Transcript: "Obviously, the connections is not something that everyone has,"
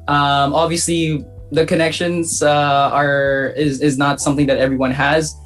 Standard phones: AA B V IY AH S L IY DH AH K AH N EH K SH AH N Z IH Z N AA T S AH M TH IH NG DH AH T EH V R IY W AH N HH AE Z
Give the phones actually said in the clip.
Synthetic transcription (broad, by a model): AA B V IY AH S L IY DH AH K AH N EH K SH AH N Z IH Z N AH T S AH M TH IH NG DH AH T EH V R IY W AH N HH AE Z